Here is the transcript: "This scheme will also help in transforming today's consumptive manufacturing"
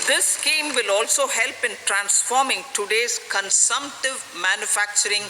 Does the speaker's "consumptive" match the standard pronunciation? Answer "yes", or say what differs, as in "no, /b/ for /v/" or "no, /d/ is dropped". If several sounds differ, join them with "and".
yes